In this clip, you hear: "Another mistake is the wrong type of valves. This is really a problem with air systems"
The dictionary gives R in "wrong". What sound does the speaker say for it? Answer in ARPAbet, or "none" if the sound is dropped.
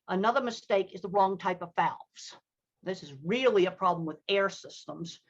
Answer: R